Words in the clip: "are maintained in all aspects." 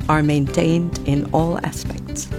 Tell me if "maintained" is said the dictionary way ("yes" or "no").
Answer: yes